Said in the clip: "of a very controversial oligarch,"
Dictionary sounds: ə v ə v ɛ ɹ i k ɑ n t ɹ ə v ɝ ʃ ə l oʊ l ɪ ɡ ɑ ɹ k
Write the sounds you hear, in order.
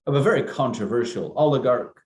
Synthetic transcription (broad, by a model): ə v ə v ɛ ɹ i k ɑ n t ɹ ə v ɝ ʃ ə l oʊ l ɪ ɡ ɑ ɹ k